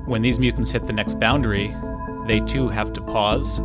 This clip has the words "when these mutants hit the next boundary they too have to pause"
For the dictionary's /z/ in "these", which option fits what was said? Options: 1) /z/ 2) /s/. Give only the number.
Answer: 1